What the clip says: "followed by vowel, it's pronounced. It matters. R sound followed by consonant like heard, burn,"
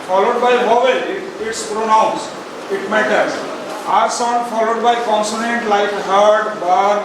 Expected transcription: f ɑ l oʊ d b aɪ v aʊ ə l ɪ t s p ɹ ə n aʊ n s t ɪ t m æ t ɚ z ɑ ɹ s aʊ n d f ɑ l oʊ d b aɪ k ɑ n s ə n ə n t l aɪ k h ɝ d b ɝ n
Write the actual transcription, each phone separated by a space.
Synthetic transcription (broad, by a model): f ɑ l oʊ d b aɪ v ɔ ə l ɪ t s p ɹ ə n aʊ n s ɪ t m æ t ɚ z ɑ ɹ s aʊ n d f ɑ l oʊ d b aɪ k ɑ n s ə n ə n t l aɪ k h ɝ d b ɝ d